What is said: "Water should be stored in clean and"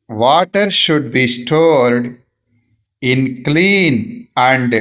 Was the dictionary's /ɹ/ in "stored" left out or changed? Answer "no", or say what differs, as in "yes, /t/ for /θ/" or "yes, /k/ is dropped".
no